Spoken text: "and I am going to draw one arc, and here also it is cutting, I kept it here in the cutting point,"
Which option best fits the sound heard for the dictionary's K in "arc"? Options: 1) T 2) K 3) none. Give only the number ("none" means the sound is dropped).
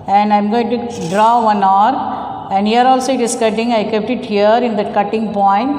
3